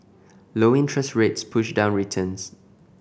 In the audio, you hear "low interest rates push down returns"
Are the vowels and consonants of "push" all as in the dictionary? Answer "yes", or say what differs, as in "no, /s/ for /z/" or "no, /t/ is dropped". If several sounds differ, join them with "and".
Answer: yes